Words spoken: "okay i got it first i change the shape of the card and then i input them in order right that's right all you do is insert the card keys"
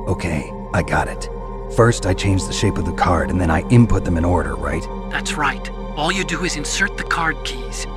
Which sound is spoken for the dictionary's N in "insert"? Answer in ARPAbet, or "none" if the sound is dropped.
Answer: N